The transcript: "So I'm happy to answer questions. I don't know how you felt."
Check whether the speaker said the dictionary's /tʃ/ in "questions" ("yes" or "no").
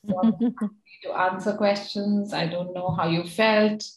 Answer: yes